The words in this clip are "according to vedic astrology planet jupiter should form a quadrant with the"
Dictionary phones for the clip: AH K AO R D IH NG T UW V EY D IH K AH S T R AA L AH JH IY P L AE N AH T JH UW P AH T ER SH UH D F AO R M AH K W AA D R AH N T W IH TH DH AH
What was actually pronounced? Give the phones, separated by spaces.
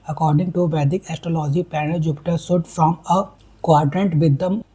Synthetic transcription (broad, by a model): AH K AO R D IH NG T UW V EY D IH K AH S T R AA L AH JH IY P AE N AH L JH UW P T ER S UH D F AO M AH K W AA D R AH N T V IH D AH